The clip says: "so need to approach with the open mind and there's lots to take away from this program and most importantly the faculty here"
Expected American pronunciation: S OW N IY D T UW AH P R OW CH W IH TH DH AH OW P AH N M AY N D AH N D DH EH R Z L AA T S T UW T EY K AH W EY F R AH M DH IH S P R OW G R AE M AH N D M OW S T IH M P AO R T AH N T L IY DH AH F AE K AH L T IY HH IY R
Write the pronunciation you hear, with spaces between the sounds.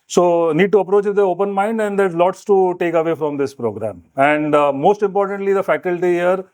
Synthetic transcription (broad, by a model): S OW N IY D T UW AH P R OW CH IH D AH OW P AH N M AY N D AH N D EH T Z L AA T S T UW T EY K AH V EY F R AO M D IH S P R OW G R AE M AH N D M OW S T IH M P AO R T AH N T L IY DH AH F AE K AH L T IY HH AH R